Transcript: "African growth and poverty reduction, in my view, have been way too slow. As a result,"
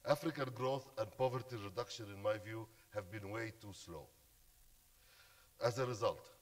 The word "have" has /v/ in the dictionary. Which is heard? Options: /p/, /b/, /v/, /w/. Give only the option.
/v/